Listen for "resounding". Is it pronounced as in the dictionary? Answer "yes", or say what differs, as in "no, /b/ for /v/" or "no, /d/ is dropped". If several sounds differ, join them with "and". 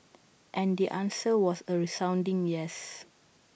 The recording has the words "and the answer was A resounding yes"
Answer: yes